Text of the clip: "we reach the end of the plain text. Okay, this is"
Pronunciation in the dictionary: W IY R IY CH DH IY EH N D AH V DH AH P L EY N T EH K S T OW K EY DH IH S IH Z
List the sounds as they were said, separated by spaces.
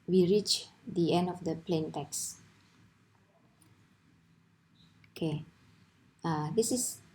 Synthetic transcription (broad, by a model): W IY R IY CH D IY EH N D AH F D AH P L EY N T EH K S OW K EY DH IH S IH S